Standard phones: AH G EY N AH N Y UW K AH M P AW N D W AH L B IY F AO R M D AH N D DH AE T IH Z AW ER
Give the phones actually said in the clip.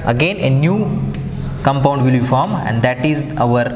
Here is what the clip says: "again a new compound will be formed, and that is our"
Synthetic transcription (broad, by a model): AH G EY N AH N Y UW K AH M P AW N D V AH L B IY F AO R M AH N D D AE T IH Z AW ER